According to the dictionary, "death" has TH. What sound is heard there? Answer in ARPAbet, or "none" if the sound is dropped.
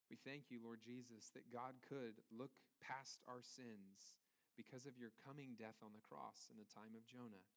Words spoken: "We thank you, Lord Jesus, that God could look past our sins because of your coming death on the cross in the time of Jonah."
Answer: TH